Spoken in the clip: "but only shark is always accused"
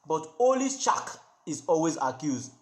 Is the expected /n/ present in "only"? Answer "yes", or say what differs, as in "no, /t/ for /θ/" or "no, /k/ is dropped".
no, /n/ is dropped